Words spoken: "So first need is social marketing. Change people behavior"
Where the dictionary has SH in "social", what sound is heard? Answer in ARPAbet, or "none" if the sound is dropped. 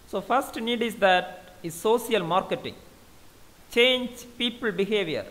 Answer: S